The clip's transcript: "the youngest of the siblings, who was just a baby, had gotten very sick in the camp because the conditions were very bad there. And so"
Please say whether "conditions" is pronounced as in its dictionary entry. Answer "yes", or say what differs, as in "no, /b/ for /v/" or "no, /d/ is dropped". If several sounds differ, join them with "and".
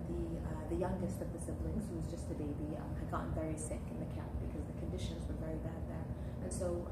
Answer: yes